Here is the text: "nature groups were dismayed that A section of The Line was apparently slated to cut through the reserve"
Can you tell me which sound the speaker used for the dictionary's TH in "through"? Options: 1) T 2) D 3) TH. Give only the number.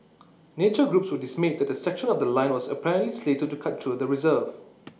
1